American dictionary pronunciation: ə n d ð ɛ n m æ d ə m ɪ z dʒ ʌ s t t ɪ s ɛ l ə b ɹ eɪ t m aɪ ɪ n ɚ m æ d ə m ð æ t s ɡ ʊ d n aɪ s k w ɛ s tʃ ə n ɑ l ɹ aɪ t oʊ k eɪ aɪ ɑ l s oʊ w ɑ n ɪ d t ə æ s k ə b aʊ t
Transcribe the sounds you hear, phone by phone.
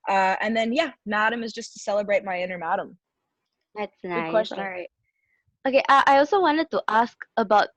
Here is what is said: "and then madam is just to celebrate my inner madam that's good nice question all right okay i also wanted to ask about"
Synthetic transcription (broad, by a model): ə n ð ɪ n m æ d ə m ɪ z dʒ ʌ s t t ɪ s ɛ l ə b ɹ eɪ t m aɪ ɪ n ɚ m æ d ə m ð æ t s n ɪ k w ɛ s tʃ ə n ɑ ɹ aɪ t oʊ k eɪ aɪ ɑ l s oʊ w ɑ n ɪ d t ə æ s k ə b aʊ t